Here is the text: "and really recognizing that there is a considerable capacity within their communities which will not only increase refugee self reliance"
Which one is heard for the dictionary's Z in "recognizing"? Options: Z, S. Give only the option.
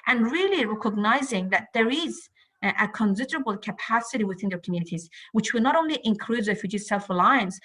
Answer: Z